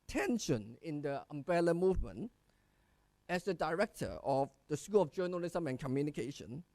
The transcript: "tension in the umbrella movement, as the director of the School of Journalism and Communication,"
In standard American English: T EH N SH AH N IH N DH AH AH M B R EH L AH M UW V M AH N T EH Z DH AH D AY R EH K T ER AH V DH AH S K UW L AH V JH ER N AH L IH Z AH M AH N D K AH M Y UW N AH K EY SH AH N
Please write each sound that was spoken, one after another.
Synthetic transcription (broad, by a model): T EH N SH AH N IH N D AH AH M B EH L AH M UW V M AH N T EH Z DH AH D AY R EH K T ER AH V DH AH S K UW L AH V JH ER N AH L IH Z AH M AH N K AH M Y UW N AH K EY SH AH N